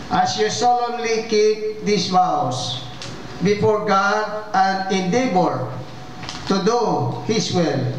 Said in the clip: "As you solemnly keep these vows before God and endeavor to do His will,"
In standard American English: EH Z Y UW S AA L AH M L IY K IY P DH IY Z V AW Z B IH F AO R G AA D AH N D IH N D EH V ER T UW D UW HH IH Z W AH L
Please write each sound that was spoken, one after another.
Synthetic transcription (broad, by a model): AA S Y UW S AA L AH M L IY K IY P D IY S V AW S B IH F AO R G AA D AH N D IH N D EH B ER T UW D UW HH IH S W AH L